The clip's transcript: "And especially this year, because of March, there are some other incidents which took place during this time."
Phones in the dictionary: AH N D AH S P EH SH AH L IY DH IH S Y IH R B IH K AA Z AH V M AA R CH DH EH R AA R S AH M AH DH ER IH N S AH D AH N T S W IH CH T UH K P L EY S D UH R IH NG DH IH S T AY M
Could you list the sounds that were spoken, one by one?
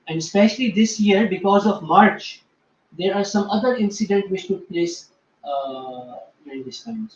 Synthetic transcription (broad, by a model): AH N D AH S P EH SH AH L IY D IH S Y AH R B IH K AA Z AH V M AA R CH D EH R AA R S AH M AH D ER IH N S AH D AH N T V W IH CH T UH K P L EY S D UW R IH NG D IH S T AY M